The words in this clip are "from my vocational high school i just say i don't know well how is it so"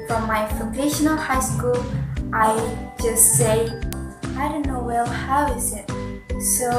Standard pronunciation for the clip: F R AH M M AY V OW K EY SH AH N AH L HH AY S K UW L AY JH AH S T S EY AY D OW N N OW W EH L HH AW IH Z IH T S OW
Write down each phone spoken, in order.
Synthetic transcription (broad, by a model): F R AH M M AY F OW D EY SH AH N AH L HH AY S K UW L AY JH AH S T S EY AY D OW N N OW W EH L HH AW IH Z IH T S OW